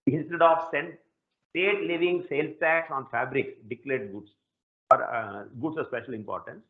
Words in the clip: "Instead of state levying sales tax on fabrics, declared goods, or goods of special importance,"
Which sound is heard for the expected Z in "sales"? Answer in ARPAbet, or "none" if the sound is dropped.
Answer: none